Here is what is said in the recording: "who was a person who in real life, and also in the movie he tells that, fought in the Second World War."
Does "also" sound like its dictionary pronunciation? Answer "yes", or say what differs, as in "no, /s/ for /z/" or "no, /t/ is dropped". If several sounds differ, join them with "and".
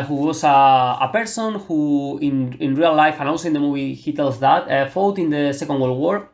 no, /n/ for /l/